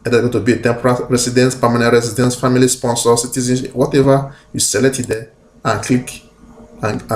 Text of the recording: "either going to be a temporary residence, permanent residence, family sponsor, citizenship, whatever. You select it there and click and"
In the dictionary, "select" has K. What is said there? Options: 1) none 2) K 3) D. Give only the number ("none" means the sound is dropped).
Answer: 1